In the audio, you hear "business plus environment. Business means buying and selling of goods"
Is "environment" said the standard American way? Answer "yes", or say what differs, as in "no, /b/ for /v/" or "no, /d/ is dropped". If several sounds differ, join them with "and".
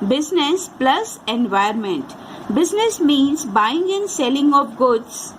no, /ɹ/ is dropped